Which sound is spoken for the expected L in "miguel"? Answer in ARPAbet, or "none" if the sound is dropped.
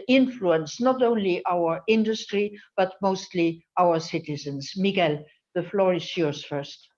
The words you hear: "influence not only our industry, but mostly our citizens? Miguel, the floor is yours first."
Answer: L